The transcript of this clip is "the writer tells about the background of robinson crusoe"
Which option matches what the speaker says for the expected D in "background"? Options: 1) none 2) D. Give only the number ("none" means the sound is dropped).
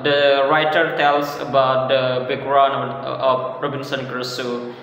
1